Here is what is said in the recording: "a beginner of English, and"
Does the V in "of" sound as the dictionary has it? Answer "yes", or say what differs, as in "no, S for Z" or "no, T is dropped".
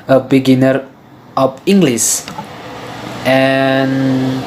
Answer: no, P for V